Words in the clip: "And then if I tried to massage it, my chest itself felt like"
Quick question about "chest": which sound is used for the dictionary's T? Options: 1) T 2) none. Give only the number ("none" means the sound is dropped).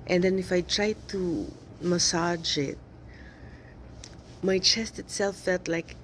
1